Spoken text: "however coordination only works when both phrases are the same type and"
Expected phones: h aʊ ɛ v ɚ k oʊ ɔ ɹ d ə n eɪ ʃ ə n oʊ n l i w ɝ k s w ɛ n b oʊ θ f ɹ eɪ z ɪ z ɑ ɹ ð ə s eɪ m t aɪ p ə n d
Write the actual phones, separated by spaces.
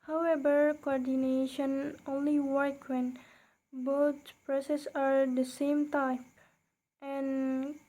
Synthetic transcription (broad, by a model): h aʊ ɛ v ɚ k oʊ ɔ ɹ d ə n eɪ ʃ ə n oʊ n l i w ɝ k w ɛ n b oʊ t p ɹ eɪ s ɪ s ɑ ɹ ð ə s eɪ m t aɪ p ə n